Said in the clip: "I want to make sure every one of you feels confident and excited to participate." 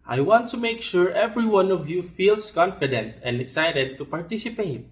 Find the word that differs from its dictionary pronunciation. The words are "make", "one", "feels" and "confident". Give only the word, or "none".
feels